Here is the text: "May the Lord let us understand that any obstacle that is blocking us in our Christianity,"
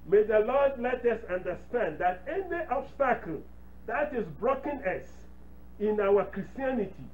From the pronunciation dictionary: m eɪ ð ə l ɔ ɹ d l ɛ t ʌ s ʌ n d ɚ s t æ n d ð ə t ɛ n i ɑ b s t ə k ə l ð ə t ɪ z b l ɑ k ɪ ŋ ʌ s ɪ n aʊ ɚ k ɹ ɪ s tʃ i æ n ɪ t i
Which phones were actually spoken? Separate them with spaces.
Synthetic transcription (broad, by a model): m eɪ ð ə l ɔ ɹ d l ɛ t ʌ s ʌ n d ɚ s t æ n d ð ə t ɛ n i ɑ b s t ə k ə l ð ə t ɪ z b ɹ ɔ k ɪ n ʌ s ɪ n aʊ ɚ k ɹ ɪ s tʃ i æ n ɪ t i